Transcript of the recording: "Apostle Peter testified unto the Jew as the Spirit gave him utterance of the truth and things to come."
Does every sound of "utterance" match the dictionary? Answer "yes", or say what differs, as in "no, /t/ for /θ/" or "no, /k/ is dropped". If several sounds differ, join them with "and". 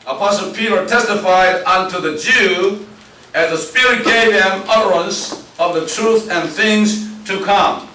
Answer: yes